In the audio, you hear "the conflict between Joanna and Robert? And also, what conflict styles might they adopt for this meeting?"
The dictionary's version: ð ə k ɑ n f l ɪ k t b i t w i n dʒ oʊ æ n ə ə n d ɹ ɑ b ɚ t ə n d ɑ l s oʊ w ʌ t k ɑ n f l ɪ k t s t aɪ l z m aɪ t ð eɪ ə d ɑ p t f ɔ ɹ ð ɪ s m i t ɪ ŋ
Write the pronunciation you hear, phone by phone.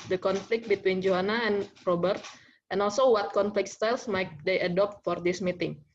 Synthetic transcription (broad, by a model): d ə k ɑ n f l ɪ k t b i t w i n dʒ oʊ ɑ n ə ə n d ɹ ɑ b ɚ t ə n ɑ l s oʊ w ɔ t k ɑ n f l ɪ k t s t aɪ l s m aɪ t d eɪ ə d ɑ p t f ɔ ɹ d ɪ s m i t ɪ ŋ